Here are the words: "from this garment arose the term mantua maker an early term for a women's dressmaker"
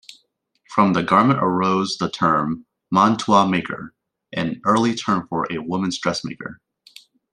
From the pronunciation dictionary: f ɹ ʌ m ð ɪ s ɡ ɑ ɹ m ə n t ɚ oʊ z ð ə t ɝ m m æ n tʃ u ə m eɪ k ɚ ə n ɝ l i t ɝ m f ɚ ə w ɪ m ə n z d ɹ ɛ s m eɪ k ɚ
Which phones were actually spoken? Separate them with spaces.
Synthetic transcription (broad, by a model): f ɹ ʌ m ð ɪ ɡ ɑ ɹ m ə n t ɚ oʊ z ð ə t ɝ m m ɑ n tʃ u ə m eɪ k ɚ ə n ɝ l i t ɝ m f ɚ ə w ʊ m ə n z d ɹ ɛ s m eɪ k ɚ